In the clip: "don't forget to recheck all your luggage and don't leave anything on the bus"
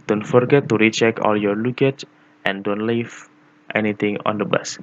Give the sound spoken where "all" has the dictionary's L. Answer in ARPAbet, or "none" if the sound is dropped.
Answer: L